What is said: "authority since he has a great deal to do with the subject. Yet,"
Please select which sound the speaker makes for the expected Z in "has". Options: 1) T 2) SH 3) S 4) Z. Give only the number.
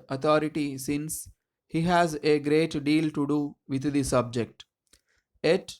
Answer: 4